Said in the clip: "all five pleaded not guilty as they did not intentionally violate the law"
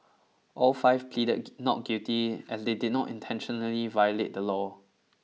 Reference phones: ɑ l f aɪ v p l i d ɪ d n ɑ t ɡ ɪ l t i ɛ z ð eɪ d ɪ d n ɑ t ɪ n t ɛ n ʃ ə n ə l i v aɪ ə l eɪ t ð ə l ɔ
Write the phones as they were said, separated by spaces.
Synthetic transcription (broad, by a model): ɑ l f aɪ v p l i d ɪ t n ɑ t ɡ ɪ t i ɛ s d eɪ d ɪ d n ɑ t ɪ n t ɛ n ʃ ə n ə l i v aɪ ə l eɪ t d ə l ɔ